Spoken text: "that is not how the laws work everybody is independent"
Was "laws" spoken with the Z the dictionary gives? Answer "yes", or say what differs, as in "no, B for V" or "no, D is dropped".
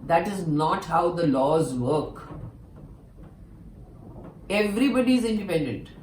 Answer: yes